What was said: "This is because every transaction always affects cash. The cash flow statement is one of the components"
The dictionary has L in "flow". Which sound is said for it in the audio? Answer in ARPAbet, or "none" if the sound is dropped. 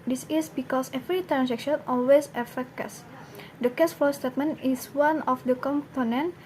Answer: none